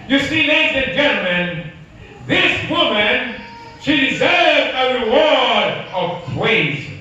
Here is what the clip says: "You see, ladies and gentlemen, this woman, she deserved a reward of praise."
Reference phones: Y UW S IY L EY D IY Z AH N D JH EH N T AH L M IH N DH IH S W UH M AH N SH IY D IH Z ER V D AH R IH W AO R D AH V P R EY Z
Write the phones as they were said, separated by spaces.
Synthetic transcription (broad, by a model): Y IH S IY N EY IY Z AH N JH EH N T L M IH N DH IH S W UH M AH N SH IY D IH Z ER V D AH R IH W AO R D AH V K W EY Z